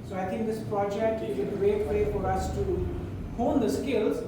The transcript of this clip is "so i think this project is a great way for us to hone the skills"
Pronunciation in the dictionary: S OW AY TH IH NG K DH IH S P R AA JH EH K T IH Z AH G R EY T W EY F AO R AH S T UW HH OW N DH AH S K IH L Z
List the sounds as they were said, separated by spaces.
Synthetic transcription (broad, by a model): S OW AY T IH NG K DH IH S P R AA JH EH K T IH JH AH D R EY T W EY F AO R AH S T UW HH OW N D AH S K IH L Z